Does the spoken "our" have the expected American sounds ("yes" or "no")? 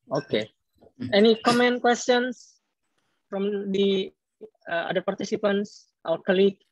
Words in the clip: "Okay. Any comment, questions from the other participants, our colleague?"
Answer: no